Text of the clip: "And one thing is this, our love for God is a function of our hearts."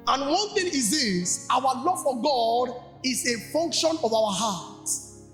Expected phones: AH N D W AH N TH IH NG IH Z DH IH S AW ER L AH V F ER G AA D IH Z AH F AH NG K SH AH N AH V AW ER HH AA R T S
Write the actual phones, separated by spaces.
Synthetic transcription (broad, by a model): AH N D W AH N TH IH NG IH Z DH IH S AW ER L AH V F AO G AA D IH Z AH F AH NG K SH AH N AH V AW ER HH AA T